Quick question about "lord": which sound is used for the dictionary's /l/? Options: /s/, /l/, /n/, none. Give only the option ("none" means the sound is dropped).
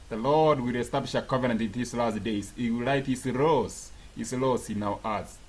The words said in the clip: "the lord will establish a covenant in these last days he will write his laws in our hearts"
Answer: /l/